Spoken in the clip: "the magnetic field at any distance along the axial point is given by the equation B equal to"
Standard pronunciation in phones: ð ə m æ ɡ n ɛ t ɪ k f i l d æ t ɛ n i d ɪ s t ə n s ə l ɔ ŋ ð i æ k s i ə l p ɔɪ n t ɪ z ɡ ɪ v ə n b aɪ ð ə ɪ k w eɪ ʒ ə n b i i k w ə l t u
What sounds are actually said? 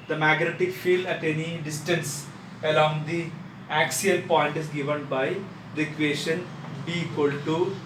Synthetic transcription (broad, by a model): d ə m æ ɡ n ɛ t ɪ k f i l æ t ɛ n i d ɪ s t ə n s ə l ɔ ŋ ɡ i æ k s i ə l p ɔɪ n t ɪ z ɡ ɪ v ə n b aɪ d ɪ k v eɪ ʃ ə n b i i k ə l t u